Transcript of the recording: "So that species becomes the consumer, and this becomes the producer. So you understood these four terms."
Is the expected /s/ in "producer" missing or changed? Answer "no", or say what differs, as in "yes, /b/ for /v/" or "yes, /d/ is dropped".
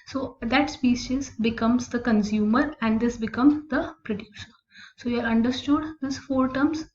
yes, /ʃ/ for /s/